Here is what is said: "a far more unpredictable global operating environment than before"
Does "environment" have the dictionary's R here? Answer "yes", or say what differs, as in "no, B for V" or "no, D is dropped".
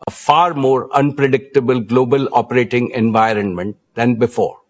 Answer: yes